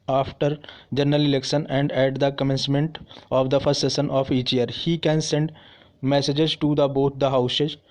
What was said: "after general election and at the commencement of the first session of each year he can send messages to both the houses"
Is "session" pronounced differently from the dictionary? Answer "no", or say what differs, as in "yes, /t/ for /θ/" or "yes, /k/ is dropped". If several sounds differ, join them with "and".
yes, /s/ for /ʃ/